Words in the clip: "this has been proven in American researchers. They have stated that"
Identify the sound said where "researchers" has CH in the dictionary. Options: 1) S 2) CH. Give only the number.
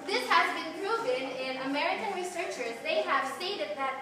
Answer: 2